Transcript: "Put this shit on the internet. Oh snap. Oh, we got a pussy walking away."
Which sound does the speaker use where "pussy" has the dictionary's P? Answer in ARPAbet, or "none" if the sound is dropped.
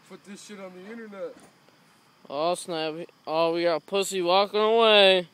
P